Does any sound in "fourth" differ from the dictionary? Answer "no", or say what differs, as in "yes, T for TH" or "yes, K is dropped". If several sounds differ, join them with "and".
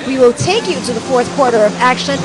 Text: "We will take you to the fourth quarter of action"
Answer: no